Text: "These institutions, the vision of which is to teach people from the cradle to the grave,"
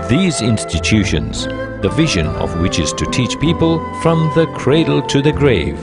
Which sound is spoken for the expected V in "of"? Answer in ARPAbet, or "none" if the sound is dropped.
V